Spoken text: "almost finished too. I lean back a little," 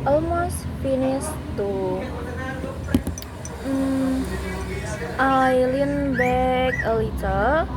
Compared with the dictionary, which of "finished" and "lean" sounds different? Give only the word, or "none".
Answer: finished